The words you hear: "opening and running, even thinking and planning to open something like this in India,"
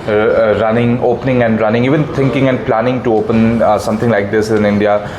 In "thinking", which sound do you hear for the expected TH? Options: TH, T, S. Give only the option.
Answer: T